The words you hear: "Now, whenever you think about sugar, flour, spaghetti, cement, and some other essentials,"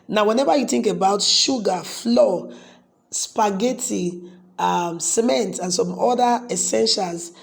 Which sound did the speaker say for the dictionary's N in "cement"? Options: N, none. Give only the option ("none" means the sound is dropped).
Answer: N